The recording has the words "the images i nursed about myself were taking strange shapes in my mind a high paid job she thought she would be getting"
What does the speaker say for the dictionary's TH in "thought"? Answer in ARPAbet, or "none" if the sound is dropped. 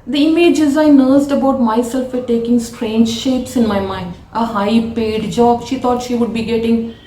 T